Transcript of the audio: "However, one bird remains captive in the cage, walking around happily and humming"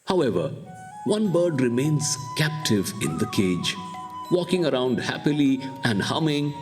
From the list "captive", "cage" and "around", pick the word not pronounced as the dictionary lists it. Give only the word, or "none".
none